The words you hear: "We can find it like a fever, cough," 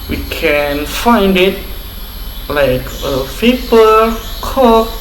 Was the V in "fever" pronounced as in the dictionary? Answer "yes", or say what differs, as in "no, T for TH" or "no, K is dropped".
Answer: no, P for V